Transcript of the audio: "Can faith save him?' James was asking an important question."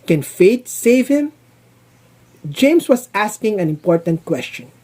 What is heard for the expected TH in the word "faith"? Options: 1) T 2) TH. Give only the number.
1